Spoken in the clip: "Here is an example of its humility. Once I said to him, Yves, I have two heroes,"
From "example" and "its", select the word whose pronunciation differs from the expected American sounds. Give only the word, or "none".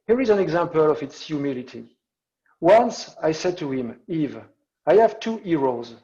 none